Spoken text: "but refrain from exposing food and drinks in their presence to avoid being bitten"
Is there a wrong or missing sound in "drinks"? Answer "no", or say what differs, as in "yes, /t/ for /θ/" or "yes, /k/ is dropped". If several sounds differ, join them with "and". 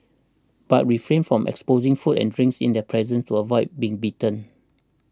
no